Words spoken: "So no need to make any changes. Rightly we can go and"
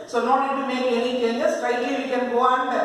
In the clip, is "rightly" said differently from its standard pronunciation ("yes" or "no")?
yes